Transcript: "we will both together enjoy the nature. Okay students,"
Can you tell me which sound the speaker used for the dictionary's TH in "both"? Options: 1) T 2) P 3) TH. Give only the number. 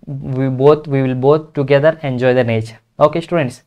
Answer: 1